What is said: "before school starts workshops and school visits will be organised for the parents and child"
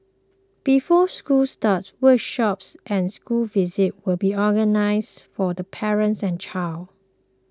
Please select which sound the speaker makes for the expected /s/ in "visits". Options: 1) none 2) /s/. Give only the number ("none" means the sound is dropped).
1